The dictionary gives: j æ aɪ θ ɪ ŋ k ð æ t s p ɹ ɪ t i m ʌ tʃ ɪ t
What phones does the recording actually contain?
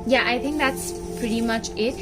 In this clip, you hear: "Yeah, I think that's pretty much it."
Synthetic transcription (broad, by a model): j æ aɪ θ ɪ ŋ k ð æ t s p ɹ ɪ t i m ʌ tʃ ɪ t